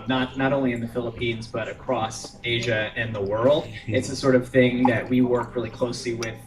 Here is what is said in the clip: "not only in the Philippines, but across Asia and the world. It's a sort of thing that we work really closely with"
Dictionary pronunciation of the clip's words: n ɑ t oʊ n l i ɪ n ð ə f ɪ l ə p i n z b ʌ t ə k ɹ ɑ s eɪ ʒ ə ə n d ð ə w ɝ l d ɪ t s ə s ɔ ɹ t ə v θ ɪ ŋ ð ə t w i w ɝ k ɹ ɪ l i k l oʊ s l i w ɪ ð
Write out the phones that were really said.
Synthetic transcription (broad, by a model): n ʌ t oʊ n l i ɪ n ð ə f ɪ l ə p i n z b ʌ t ə k ɹ ɑ s eɪ ʒ ə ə n ð ə w ɝ l d ɪ t s ə s ɔ ɹ t ə v θ ɪ ŋ ð ə t w i w ɝ k ɹ ɪ l i k l oʊ s l i w ɪ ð